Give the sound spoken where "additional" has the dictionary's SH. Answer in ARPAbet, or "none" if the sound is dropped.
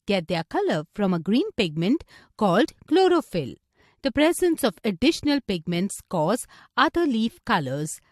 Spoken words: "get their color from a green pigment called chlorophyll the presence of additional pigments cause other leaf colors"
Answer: SH